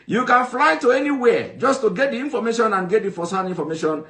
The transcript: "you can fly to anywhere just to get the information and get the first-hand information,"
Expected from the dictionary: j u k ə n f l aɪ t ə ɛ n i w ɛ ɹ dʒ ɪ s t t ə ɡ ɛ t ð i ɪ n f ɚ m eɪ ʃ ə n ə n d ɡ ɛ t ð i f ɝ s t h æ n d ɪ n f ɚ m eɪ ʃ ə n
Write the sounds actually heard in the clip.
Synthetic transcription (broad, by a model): j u k ə n f l aɪ t ə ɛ n i w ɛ dʒ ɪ s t t ə ɡ ɛ t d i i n f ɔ m eɪ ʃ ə n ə n ɡ ɛ t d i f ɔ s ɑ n i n f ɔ m eɪ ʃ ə n